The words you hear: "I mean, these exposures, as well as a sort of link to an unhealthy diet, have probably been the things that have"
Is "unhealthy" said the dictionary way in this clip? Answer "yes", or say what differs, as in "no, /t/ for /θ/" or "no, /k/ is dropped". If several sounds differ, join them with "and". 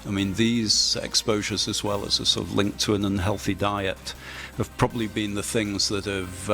yes